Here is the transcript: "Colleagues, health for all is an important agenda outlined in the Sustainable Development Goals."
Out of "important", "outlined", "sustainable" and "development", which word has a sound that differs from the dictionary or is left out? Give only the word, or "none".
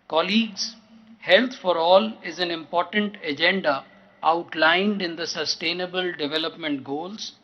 none